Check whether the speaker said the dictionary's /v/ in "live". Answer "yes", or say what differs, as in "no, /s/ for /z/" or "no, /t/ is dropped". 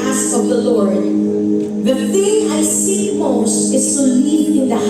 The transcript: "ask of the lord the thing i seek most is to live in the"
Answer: no, /v/ is dropped